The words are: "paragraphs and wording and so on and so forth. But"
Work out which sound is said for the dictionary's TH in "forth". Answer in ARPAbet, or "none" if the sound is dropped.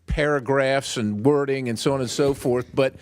TH